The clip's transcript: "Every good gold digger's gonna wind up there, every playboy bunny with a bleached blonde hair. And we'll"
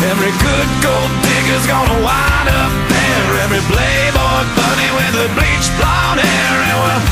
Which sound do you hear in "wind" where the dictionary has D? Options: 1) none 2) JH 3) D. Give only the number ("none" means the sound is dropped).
1